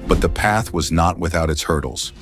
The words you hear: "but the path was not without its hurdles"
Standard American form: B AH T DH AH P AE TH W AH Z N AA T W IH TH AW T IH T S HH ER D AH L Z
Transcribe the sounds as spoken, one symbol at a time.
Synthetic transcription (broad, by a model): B AH T DH AH P AE TH W AH Z N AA T W IH TH AW T IH T S HH ER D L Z